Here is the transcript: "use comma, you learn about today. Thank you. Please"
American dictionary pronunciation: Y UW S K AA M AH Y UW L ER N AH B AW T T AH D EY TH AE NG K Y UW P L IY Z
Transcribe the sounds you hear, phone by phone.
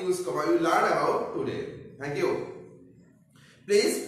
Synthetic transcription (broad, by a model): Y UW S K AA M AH Y UW L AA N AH AW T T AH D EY T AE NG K Y UW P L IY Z